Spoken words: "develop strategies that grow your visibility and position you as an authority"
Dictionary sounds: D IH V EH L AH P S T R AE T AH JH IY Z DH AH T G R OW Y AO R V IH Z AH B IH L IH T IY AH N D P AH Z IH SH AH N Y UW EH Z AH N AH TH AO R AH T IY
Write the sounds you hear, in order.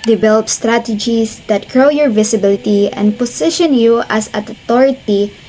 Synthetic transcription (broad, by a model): D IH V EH L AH P S T R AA T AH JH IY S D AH T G R OW Y AO R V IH S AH B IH L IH T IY AH N D P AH S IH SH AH N Y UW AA S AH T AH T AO R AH T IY